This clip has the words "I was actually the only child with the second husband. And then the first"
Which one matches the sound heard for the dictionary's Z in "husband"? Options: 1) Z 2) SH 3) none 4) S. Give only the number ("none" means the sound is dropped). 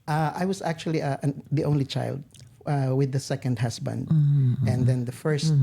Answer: 4